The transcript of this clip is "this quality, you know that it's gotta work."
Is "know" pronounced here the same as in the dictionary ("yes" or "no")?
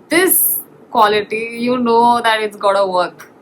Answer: yes